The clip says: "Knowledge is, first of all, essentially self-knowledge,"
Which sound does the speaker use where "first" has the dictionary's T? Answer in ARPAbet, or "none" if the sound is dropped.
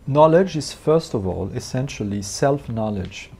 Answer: T